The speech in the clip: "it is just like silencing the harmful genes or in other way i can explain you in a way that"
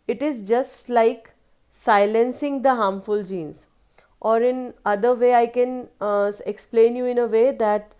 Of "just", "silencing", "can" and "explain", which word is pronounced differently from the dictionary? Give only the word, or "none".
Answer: none